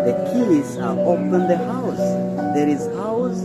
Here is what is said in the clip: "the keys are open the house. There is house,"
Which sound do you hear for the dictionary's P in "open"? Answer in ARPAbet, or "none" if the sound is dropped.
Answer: F